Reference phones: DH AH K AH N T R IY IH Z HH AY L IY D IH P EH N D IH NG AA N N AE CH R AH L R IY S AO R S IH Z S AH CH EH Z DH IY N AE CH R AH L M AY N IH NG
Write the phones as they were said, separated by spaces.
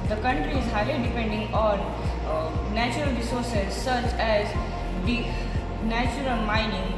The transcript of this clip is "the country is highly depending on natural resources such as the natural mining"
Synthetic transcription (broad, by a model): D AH K AH N T R IY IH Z HH AY L IY D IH P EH N D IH NG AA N N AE CH R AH L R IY S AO R S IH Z S AH CH EH Z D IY N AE CH R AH L M AY N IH NG